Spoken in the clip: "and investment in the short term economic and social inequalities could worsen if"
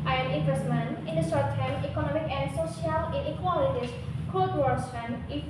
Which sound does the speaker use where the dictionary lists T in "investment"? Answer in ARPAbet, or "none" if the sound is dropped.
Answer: none